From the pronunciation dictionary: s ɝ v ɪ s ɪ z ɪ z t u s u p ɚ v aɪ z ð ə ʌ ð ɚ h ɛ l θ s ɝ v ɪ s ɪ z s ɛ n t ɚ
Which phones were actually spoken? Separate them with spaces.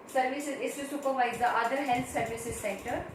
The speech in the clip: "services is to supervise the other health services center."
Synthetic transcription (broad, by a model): s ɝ v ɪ s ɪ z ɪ s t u s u p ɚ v aɪ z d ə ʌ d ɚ h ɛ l s s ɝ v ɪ s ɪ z s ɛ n t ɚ